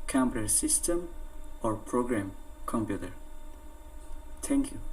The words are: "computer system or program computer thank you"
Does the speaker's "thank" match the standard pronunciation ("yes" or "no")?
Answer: no